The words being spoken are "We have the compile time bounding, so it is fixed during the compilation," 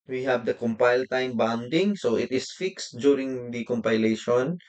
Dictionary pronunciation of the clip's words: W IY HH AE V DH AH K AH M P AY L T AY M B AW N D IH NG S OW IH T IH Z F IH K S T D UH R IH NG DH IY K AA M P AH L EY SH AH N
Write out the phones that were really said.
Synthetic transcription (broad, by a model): W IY HH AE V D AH K AH M P AY L T AY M B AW N D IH NG S OW IH T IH S F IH K S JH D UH R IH NG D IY K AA M P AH L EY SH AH N